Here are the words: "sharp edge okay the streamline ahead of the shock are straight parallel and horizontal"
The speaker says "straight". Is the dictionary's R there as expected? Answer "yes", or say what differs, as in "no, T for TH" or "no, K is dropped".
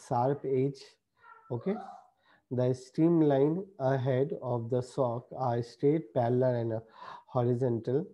no, R is dropped